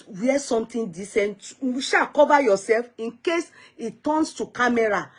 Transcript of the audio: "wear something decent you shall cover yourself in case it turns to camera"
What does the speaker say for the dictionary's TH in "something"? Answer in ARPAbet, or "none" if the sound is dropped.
T